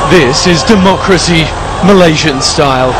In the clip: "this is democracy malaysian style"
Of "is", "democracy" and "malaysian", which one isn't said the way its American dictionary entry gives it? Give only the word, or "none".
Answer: none